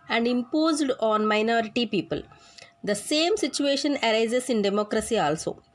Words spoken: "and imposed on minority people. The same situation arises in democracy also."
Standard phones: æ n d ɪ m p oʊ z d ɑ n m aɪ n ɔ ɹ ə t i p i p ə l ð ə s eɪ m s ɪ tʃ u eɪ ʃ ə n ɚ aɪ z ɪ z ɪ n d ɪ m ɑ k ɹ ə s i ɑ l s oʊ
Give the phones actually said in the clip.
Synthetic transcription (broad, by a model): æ n d ɪ m p oʊ z d ɑ n m aɪ n ɔ ɹ ə t i p i p ə l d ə s eɪ m s ɪ tʃ u eɪ ʃ ə n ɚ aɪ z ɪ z ɪ n d ɪ m ɑ k ɹ ə s i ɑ l s oʊ